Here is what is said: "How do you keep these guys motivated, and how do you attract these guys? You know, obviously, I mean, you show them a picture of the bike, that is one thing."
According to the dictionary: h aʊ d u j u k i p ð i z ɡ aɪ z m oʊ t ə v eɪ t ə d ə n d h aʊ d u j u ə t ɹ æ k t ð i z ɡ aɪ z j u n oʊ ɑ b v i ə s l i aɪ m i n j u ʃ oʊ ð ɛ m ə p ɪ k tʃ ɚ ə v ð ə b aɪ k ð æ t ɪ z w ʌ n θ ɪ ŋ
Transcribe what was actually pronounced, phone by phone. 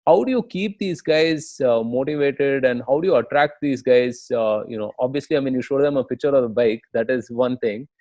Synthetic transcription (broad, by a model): h aʊ d u j u k i p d i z ɡ aɪ z m oʊ t ə v eɪ t ə d ə n d h aʊ d u j u ə t ɹ æ k t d i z ɡ aɪ z j u n oʊ ɑ b v i ə s l i aɪ m i n j u ʃ oʊ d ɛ m ə p ɪ k tʃ ɚ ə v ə b aɪ k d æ t ɪ z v ʌ n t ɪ ŋ